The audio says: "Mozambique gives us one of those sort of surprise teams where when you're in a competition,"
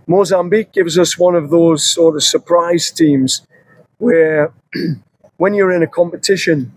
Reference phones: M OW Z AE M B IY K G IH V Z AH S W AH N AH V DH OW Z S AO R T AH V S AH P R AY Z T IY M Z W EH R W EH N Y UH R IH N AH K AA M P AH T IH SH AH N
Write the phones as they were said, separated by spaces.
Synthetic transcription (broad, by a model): M OW Z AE M B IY K G IH V Z AH S W AH N AH V DH OW Z S AO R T AH V S AH P R AY Z T IY M Z W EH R W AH N Y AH R IH N AH K AA M P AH T IH SH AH N